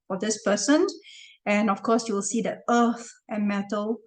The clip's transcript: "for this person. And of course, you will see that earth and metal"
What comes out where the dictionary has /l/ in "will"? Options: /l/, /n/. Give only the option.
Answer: /l/